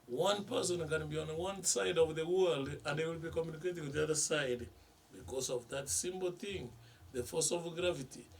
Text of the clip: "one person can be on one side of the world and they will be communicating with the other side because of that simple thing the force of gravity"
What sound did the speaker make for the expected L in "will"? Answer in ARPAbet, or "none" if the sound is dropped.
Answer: L